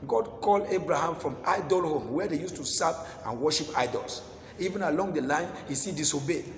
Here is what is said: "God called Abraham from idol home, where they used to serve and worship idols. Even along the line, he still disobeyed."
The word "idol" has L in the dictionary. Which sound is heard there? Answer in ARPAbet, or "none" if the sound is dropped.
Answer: L